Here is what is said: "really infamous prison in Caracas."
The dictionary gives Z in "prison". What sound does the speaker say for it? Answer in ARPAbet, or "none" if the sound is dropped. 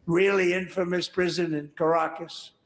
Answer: Z